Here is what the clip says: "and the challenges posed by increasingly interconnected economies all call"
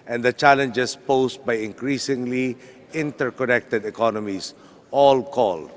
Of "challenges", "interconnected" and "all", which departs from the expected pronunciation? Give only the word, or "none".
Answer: challenges